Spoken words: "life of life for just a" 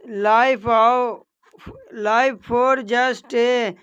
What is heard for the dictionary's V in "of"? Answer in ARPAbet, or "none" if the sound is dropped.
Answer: W